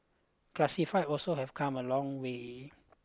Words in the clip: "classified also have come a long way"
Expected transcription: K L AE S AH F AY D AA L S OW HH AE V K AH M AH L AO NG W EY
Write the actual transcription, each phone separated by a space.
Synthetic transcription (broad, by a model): K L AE S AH F AY AA L S OW HH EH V K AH M AH L AO NG W EY